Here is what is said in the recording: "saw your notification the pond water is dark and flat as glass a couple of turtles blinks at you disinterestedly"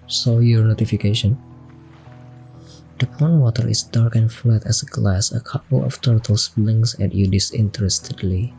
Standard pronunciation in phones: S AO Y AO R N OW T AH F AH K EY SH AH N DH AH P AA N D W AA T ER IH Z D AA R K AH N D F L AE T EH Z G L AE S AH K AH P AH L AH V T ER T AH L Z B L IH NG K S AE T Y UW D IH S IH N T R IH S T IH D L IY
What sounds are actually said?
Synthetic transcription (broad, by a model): S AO Y AO R N OW T AH F AH K EY SH AH N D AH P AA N W AA T ER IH S D AA R K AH N F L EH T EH S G L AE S AH K AH P AH L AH F T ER T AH L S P L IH NG S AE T Y UW D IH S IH N T R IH S T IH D L IY